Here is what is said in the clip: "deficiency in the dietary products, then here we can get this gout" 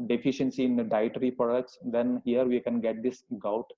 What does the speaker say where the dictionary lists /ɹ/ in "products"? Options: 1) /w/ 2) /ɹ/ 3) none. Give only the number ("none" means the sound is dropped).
3